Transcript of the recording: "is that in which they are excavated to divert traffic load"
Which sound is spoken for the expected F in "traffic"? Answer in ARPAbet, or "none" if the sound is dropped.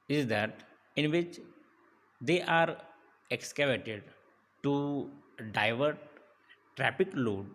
P